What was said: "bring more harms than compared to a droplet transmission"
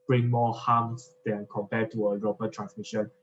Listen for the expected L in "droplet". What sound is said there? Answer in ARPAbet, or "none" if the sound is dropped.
none